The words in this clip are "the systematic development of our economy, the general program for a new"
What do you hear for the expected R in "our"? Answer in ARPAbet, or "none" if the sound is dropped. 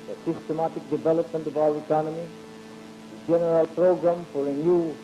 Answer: W